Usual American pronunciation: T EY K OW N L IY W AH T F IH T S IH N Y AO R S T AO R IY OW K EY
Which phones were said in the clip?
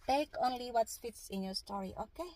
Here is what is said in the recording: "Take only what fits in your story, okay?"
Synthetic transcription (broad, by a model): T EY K OW N L IY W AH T F IH T S IH N Y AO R S T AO R IY OW K EY